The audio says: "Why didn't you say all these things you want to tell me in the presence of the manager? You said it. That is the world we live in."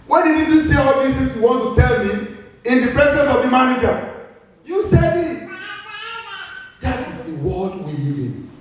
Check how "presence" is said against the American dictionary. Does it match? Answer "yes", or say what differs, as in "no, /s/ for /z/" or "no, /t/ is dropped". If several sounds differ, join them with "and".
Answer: no, /s/ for /z/